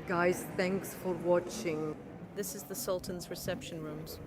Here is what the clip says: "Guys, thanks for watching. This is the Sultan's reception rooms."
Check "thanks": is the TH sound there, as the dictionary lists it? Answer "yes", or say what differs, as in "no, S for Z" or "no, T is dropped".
yes